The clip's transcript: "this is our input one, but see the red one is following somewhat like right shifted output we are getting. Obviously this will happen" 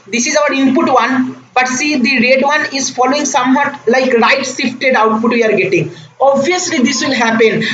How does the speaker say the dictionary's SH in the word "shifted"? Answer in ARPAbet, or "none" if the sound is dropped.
S